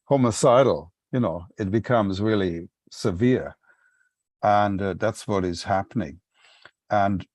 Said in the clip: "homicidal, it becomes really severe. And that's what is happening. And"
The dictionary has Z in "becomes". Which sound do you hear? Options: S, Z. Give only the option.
Z